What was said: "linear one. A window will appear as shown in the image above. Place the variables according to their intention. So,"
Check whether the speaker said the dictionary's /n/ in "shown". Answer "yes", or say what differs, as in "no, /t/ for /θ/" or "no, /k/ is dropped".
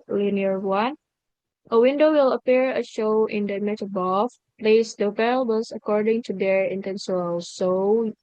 no, /n/ is dropped